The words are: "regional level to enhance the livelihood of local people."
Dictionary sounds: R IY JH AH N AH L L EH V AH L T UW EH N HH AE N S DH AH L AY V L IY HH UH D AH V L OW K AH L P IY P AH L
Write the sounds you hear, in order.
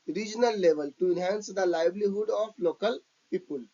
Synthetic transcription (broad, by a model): R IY JH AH N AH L L EH V AH L T UW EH N HH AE N S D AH L AY B L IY HH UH D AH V L OW K AH L P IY P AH L